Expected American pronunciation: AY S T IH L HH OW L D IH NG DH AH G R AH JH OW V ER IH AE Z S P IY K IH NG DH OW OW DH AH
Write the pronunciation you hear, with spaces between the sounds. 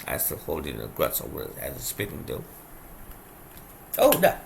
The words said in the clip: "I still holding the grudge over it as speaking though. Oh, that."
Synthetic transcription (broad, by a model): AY S T IH L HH OW L D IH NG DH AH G R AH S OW ER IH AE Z S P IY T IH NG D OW OW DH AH